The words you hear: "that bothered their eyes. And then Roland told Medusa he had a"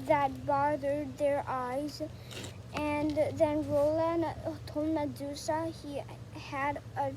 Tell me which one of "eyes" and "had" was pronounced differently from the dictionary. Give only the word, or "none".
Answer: none